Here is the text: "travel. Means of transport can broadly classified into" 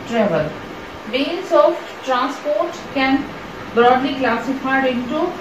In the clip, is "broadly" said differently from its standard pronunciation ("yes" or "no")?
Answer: no